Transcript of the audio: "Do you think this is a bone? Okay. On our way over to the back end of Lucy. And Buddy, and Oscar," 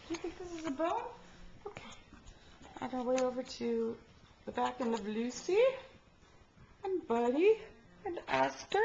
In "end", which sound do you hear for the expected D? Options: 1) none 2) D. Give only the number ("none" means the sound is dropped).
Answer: 1